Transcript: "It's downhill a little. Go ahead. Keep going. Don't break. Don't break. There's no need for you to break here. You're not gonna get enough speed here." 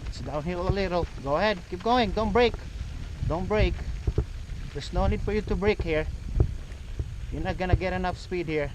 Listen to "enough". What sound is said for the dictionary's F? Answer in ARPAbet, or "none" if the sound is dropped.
F